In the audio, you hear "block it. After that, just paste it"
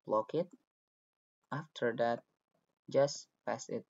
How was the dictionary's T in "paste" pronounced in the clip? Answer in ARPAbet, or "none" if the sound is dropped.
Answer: none